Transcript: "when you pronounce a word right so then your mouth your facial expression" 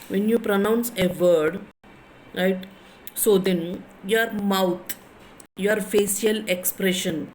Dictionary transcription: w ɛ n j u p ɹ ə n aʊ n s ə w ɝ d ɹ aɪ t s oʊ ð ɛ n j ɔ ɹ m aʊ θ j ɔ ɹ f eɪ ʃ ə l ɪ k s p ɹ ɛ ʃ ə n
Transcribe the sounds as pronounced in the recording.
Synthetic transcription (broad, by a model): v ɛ n j u p ɹ ə n aʊ n s ə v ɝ d ɹ aɪ t s oʊ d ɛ n j ɔ ɹ m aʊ t j ɔ ɹ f eɪ s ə l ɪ k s p ɹ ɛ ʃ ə n